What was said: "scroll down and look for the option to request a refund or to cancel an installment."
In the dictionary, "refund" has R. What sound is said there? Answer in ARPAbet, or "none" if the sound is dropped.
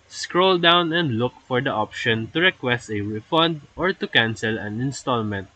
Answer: W